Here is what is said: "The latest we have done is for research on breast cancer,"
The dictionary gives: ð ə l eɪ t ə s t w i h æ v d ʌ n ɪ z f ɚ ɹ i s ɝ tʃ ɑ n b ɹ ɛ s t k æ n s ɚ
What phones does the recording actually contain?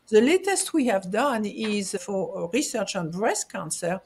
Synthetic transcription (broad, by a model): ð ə l eɪ t ə s t w i h æ v d ʌ n ɪ z f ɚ ɹ i s ɝ tʃ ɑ n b ɹ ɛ s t k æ n s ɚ